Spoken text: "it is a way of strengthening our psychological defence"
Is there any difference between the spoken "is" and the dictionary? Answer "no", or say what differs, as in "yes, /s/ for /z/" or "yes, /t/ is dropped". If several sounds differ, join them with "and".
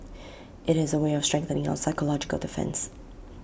no